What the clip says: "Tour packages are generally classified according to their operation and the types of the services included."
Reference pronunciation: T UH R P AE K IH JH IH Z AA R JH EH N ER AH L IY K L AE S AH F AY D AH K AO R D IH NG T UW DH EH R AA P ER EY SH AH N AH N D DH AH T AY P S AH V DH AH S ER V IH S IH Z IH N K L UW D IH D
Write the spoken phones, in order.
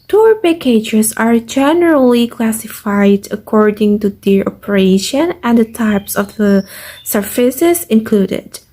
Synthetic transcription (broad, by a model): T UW R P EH K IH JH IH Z AA R JH EH N ER AH L IY K L AE S AH F AY D AH K AO R D IH NG T UW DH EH AA P ER EY SH AH N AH N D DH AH T AY P S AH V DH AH S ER F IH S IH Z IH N K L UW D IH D